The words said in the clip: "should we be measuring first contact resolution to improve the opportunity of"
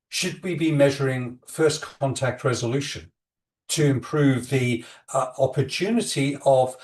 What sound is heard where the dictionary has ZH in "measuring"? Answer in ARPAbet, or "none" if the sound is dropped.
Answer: ZH